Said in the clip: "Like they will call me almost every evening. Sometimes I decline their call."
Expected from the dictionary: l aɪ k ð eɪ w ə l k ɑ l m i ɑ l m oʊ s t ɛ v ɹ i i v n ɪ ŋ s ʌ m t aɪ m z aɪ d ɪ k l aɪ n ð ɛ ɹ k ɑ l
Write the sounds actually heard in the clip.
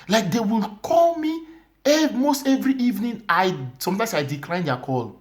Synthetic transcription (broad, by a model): l aɪ k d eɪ w ə l k ɑ l m i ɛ m oʊ s t ɛ v ɹ i i v n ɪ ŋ s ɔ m t aɪ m s aɪ d ɪ k l aɪ n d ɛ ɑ k ɑ l